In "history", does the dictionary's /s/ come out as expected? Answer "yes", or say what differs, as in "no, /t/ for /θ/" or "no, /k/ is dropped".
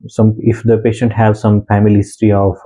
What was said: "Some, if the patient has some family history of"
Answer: no, /s/ is dropped